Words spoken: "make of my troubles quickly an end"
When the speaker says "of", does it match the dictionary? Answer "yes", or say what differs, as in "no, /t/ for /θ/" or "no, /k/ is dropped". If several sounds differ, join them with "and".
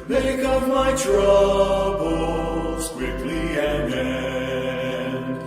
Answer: no, /p/ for /v/